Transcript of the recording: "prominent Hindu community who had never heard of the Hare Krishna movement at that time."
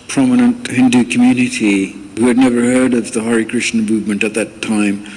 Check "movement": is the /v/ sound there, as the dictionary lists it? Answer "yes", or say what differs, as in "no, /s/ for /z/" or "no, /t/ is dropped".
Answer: yes